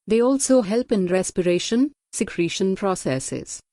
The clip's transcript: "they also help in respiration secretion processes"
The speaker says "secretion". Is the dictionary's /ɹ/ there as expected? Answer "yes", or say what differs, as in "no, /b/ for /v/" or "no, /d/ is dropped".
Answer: yes